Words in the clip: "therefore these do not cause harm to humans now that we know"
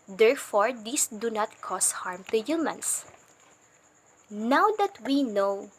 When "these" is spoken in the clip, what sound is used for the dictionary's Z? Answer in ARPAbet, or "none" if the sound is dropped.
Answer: S